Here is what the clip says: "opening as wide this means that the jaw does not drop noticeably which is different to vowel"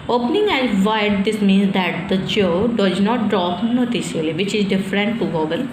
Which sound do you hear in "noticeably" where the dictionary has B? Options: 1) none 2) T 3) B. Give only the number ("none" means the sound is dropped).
1